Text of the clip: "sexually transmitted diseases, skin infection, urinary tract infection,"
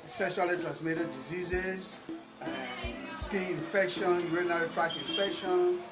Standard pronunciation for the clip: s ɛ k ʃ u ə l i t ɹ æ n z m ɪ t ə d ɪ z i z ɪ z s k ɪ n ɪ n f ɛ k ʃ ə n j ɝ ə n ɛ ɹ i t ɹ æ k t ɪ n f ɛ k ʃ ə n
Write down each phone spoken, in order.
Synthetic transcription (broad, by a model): s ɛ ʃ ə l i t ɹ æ n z m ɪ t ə d ɪ z i z ɪ z s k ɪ ɪ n f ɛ k ʃ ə n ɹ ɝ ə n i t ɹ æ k ɪ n f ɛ k ʃ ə n